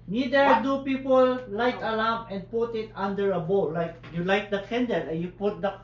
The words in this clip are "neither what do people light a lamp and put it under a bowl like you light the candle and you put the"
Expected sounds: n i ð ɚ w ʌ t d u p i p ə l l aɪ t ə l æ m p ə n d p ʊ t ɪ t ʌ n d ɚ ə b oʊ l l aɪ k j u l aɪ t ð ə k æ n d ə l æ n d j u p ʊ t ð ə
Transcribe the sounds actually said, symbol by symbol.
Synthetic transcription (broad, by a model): n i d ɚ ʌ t d u p i p ə l l aɪ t ə l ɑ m ə n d p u t ɪ t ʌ n d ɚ ə b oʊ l l aɪ k j u l aɪ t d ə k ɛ n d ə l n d j u p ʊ t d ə